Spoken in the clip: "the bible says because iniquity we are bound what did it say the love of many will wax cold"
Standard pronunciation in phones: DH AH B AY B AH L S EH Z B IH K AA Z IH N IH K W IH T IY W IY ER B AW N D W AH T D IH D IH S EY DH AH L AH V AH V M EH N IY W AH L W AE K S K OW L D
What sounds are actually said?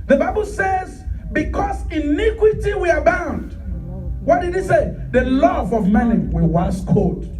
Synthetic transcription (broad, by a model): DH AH B AY B AH L S EH Z B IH K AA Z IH N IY K W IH T IY W IY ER B AW N D W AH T D IH D IH S EY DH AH L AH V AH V M EH N IY W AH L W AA S K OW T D